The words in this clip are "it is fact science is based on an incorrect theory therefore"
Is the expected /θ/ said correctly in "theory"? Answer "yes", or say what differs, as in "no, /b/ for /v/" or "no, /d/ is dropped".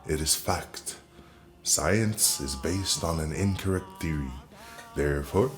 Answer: yes